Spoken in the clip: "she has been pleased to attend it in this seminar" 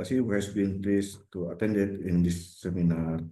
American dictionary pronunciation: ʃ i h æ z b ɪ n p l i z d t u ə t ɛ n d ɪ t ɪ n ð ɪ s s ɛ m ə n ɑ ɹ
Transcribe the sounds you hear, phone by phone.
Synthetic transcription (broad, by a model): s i h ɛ s b ɪ n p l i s t u ə t ɛ n d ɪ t ɪ n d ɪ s s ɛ m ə n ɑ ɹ